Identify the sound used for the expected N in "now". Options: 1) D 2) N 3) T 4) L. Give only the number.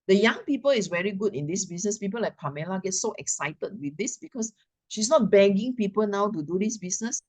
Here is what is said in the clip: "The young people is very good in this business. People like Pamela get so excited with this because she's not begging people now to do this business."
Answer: 2